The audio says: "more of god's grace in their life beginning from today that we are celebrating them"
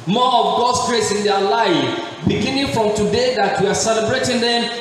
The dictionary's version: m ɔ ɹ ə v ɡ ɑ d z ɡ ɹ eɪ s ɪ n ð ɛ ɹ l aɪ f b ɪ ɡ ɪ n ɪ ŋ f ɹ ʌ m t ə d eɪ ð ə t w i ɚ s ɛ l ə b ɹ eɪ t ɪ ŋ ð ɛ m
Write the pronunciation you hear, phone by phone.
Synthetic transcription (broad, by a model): m ɔ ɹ ə v ɡ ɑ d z ɡ ɹ eɪ s ɪ n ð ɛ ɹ l aɪ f b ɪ ɡ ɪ n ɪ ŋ f ɹ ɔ m t ə d eɪ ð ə t w i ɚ s ɛ l ə b ɹ eɪ t ɪ ŋ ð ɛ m